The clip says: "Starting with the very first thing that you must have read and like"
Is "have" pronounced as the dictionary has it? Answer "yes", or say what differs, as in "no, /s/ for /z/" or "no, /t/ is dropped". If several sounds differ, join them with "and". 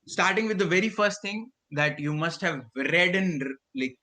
yes